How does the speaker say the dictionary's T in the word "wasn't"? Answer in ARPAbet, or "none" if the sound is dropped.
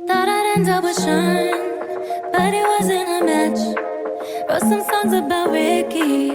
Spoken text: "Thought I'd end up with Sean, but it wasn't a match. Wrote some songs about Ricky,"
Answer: none